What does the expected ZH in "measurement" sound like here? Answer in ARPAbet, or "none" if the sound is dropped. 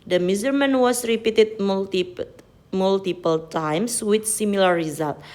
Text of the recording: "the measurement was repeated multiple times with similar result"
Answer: Z